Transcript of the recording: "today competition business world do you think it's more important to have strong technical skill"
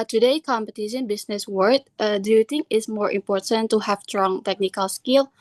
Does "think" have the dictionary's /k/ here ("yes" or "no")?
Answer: no